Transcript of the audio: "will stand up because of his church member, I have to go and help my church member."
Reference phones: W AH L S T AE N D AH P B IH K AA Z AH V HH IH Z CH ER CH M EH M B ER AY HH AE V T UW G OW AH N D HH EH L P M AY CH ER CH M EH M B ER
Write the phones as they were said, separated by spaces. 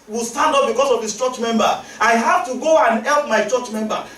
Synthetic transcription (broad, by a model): W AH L S T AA N D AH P B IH K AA S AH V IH S CH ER CH M EH M B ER AY HH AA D T UW G OW AH N D HH EH L P M AY CH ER CH M EH M B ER